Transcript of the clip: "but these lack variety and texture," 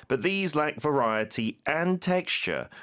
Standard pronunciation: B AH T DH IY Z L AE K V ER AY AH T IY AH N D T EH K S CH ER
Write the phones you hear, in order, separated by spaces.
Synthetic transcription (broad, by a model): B AH T DH IY Z L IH K V ER AY AH T IY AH N T EH K S CH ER